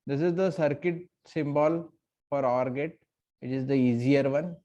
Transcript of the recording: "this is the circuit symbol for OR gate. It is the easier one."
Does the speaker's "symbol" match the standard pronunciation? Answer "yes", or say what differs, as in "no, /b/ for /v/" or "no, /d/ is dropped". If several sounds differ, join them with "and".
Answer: yes